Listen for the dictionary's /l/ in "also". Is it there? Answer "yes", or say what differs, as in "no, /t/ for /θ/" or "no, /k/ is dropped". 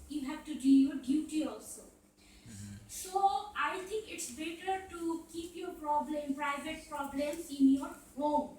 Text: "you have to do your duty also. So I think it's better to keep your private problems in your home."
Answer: yes